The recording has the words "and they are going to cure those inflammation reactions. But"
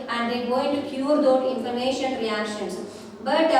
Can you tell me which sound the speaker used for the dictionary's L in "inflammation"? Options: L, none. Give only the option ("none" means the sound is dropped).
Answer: none